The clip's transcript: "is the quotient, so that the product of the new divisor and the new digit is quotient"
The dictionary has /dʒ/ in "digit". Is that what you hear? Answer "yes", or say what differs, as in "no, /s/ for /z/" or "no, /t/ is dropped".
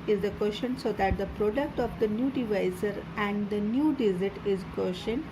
no, /z/ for /dʒ/